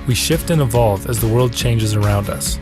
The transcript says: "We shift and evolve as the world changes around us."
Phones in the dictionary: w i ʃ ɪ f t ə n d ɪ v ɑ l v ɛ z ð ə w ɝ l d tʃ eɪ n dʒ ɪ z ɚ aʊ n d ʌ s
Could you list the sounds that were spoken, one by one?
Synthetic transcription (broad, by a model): w i ʃ ɪ f t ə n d ɪ v ɑ l v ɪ z ð ə w ɝ l d tʃ eɪ n dʒ ɪ z ɚ aʊ n d ʌ s